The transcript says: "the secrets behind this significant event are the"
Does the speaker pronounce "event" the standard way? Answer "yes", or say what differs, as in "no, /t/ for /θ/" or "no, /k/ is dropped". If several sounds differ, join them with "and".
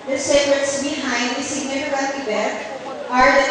no, /b/ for /v/